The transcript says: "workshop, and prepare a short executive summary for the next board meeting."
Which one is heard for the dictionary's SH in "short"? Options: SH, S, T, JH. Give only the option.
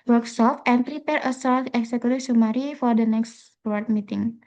S